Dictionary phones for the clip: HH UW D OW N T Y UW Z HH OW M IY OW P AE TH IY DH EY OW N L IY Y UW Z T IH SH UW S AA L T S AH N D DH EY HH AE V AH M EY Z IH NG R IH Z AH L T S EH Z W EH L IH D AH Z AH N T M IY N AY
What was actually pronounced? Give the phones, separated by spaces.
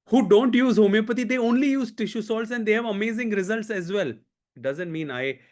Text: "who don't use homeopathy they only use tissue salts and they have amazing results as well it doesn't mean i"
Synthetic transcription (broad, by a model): HH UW D OW N T Y UW Z HH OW M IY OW P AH T IY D EY OW N L IY Y UW Z T IH SH UW S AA L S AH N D EY HH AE V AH M EY Z IH NG R IH Z AH L T S EH Z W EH L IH D AH Z AH N T M IY N AY